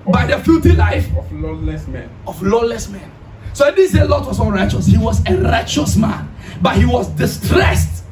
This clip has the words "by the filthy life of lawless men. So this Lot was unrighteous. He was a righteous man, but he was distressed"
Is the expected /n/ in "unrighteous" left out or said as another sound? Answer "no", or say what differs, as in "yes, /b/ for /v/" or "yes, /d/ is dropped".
yes, /n/ is dropped